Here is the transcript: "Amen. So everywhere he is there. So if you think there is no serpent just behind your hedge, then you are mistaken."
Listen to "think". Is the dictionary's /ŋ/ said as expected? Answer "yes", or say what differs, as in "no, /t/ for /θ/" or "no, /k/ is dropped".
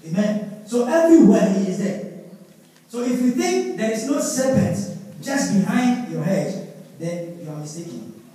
yes